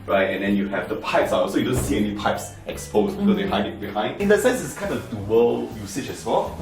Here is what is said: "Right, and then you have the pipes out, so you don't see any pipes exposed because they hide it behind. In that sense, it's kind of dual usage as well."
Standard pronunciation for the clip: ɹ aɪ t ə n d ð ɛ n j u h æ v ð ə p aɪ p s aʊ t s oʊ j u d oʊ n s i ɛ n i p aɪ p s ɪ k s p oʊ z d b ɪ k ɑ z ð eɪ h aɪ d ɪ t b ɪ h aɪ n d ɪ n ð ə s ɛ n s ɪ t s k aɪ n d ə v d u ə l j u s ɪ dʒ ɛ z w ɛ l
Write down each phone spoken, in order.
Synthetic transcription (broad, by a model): ɹ aɪ t ə n d ɛ n j u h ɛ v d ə p aɪ p s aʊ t s oʊ j u d oʊ n s i ɛ n i p aɪ p s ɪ k s p oʊ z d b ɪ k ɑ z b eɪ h aɪ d ɪ t b ɪ h aɪ n d ɪ n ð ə s ɛ n s ɪ t s k aɪ n d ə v d u ə l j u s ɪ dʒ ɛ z w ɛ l